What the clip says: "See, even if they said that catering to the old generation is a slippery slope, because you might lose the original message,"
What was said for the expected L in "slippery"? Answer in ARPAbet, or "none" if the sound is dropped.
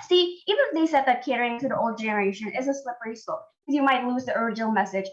L